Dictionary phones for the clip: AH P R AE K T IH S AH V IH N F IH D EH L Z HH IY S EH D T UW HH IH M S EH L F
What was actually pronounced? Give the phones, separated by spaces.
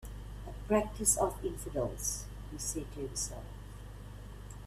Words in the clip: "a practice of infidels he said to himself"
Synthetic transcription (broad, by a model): AH P R AE K T IH S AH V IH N F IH D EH L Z HH IY S EH D T UW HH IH S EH L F